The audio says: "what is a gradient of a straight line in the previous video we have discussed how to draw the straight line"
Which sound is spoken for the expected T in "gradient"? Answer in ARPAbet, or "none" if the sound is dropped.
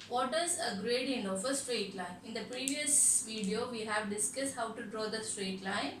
none